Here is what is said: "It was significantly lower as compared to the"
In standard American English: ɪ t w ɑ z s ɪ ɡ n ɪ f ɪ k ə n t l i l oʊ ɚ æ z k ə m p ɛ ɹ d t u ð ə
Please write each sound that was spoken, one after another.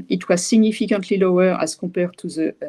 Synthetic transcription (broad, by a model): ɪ t w ɑ z s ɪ ɡ n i f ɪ k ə n t l i l oʊ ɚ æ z k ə p ɛ ɹ t u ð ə